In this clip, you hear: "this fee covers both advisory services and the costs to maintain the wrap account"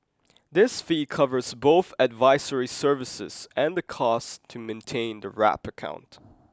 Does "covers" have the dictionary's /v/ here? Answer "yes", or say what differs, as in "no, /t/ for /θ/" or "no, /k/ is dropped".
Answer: yes